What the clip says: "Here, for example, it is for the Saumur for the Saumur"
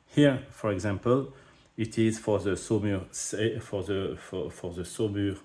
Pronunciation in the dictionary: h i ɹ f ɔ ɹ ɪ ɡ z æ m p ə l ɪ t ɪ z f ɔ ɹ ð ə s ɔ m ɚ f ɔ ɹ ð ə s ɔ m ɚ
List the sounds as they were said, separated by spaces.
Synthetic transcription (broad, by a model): h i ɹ f ɔ ɹ ɪ ɡ z æ m p ə l ɪ t ɪ z f ɔ ɹ ð ə s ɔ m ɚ f ɔ ɹ ð ə s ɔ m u